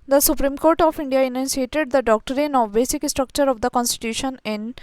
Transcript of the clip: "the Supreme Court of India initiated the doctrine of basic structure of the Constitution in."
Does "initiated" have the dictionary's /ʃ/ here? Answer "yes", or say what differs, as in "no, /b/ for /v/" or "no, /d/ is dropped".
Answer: no, /s/ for /ʃ/